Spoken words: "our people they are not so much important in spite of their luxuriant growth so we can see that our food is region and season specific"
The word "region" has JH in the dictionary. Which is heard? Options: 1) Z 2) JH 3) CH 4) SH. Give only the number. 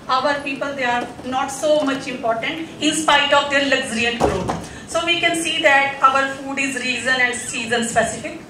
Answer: 1